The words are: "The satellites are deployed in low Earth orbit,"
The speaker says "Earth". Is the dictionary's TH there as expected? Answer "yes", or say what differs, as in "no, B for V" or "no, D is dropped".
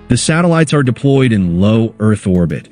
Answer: yes